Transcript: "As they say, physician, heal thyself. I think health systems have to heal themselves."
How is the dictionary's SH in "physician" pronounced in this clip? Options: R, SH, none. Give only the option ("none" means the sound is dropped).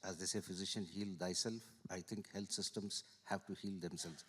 SH